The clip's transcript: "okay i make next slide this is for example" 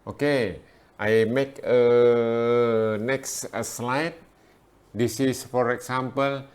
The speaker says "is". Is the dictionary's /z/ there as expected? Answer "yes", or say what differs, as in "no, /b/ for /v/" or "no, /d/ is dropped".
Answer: no, /s/ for /z/